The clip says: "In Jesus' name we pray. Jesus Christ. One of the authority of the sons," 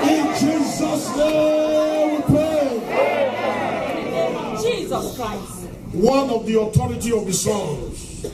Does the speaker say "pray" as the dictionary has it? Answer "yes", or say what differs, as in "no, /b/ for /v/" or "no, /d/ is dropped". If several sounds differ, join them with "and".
no, /ɹ/ is dropped